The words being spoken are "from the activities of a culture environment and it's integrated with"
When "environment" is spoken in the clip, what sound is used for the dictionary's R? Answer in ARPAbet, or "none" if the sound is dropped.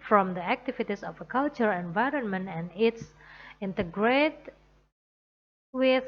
R